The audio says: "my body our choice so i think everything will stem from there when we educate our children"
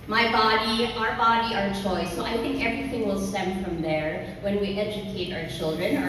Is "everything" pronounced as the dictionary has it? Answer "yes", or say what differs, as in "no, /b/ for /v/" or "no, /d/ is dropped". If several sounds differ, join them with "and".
yes